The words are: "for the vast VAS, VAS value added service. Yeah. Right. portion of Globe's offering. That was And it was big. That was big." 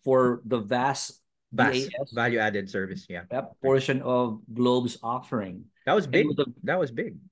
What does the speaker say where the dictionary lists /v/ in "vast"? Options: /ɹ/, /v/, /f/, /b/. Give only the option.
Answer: /v/